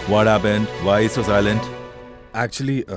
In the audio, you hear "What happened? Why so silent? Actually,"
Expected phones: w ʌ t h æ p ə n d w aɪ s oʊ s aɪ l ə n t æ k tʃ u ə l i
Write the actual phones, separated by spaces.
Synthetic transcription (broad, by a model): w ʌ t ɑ b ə n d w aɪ s oʊ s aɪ l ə n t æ k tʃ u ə l i